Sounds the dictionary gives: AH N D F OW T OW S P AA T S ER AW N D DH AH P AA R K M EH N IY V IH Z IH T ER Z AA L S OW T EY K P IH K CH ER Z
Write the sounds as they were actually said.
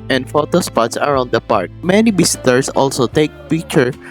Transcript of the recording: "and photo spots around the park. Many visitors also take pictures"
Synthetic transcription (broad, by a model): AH N D F OW T OW S P AA T S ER AW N D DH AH P AA R K M EH N IY B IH S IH T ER S AA L S OW T EY K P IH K CH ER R